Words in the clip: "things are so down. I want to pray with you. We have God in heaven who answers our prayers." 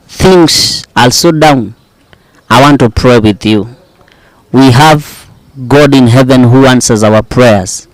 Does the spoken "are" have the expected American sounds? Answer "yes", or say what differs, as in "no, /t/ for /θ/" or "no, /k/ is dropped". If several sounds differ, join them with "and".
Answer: no, /l/ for /ɹ/